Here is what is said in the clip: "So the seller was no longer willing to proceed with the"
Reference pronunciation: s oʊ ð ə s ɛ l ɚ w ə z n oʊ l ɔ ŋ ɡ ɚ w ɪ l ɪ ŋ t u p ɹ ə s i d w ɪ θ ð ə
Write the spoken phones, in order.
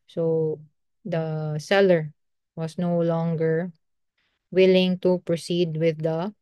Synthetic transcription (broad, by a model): s oʊ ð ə s ɛ l ɚ w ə s n oʊ l ɔ ŋ ɡ ɚ w ɪ l ɪ ŋ t u p ɹ ə s i d w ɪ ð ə